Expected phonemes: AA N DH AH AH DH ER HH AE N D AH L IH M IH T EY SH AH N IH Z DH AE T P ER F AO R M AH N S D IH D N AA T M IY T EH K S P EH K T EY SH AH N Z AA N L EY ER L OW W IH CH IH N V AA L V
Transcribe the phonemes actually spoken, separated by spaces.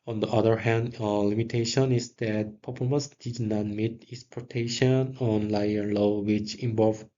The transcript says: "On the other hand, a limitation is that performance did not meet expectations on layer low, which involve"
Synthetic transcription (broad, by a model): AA N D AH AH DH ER HH AE N D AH L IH M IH T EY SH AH N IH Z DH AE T P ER P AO L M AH S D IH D N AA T M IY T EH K S P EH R T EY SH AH N AA N L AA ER L OW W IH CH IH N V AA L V